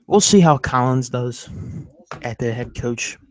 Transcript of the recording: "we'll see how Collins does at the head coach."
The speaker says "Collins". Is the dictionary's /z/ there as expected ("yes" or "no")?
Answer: yes